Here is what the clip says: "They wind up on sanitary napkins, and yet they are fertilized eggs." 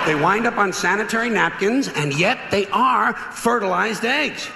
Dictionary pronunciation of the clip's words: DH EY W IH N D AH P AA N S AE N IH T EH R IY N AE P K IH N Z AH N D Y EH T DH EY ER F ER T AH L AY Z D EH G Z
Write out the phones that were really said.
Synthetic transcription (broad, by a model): DH EY W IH N D AH P N S AE N IH T EH R IY N AE P K IH N Z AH N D Y EH T DH EY ER F ER T AH L AY Z D EH G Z